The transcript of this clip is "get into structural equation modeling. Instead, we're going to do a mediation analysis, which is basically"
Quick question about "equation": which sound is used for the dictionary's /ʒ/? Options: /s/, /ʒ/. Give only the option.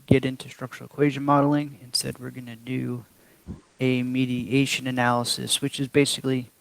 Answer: /ʒ/